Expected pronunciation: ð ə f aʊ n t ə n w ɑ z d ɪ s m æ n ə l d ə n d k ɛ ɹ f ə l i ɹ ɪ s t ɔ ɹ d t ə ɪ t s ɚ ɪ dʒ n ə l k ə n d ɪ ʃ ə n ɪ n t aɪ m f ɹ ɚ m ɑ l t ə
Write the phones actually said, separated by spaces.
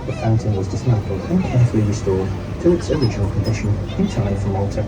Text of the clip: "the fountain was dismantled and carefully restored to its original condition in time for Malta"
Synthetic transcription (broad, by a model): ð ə f aʊ n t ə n w ɑ z d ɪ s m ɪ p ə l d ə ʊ k ɛ ɹ f ə l i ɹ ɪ s t ɔ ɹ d t ə ɪ t s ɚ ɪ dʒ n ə l k ə n d ɪ ʃ ə n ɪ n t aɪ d f ɹ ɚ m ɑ l t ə